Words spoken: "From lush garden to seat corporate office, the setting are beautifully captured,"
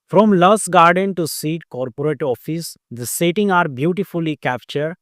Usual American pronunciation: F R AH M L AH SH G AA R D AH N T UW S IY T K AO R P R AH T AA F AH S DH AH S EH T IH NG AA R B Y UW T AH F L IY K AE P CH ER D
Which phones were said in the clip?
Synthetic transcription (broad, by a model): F R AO M L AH S G AA R D AH N T UW S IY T K AO R P R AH T AA F AH S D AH S EH T IH NG AA R B Y UW T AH F L IY K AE P CH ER D